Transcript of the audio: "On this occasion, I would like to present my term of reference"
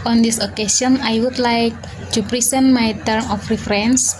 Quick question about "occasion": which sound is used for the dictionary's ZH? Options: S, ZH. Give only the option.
S